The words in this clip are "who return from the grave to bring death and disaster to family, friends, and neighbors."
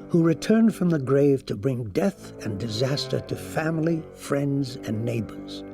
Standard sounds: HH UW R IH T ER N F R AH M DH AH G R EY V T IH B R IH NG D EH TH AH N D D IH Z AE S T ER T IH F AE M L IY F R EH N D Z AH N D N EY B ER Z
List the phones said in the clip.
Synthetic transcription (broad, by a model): HH UW R IH T ER N F R AH M DH AH G R EY V T IH B R IH NG D EH TH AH N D D IH Z AE S T ER T IH F AE M L IY F R EH N D Z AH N N EY B ER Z